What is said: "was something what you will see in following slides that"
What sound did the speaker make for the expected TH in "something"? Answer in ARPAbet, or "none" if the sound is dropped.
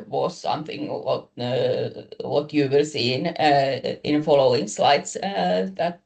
TH